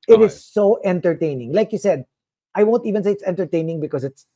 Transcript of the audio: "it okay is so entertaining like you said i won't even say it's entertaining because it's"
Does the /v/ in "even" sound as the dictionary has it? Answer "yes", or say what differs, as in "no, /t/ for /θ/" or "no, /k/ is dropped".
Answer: yes